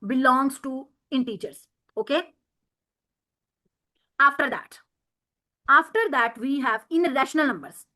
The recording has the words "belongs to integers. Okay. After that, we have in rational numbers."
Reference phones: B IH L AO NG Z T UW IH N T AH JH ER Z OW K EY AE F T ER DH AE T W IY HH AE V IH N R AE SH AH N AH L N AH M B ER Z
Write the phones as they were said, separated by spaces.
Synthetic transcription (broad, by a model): B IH L AO NG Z T UW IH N T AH CH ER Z OW K EY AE F T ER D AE T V IY HH AE V IH N R AE SH AH N AH L N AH M B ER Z